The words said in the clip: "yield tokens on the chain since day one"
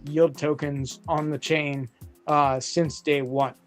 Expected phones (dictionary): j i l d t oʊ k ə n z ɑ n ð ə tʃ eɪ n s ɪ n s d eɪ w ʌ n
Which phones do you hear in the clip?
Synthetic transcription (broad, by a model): j i l d t oʊ k ə n z n ð ə tʃ eɪ n s ɪ n s d eɪ w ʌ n